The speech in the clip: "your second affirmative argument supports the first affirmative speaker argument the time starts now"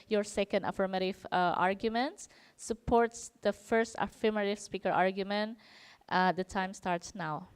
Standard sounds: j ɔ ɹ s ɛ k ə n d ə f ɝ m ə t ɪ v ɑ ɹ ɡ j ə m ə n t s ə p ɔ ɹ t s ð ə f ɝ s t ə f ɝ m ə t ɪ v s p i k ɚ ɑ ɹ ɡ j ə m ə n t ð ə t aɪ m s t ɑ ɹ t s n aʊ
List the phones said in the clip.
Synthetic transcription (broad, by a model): j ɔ ɹ s ɛ k ə n d ə f ɝ m ə t ɪ v ɑ ɹ ɡ j ə m ə n t s ə p ɔ ɹ t s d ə f ɝ s t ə f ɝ m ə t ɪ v s p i k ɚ ɑ ɹ ɡ j ə m ə n t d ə t aɪ m s t ɑ ɹ t s n aʊ